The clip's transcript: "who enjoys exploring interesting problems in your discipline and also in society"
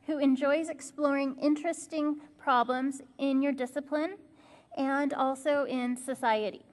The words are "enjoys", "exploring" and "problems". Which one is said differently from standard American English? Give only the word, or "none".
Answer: none